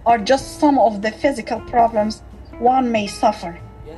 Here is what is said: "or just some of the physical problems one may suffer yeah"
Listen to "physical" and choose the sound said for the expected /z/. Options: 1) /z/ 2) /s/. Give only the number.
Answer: 1